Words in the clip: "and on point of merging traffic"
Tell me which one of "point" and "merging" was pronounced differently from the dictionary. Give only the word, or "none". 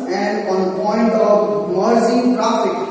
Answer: merging